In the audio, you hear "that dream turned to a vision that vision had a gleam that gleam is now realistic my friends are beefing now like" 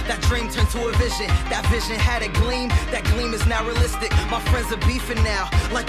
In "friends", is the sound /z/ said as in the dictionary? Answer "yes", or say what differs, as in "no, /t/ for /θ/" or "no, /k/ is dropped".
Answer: yes